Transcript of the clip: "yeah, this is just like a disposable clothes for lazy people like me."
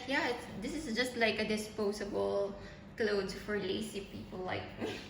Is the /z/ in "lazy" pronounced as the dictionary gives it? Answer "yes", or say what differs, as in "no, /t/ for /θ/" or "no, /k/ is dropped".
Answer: no, /s/ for /z/